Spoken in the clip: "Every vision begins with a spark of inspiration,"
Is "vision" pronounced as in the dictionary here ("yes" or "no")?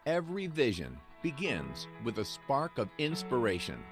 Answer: yes